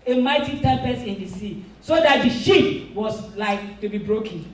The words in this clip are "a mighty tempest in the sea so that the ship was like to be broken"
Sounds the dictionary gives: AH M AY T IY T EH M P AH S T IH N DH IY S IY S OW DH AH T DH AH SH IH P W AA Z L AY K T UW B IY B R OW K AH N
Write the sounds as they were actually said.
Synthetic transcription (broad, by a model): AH M AY T IY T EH P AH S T IH N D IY S IY S OW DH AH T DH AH SH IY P W AA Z L AY K T UW B IY B R OW K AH N